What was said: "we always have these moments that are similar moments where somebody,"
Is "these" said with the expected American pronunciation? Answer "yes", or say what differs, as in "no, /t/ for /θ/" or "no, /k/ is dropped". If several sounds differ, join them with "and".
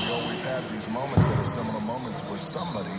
yes